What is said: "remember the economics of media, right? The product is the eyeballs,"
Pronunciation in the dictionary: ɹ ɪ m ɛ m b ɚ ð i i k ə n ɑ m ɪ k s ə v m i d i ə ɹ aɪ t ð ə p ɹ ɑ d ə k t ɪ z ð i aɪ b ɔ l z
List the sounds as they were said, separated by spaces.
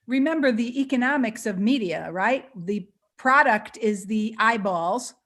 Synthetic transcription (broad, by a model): ɹ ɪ m ɛ m b ɚ ð i i k ə n ɑ m ɪ k s ə v m i d i ə ɹ aɪ t ð ə p ɹ ɑ d ə k t ɪ z ð i aɪ b ɔ l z